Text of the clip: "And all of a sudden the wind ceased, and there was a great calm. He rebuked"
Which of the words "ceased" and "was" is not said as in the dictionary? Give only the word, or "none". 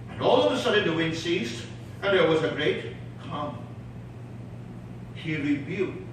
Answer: none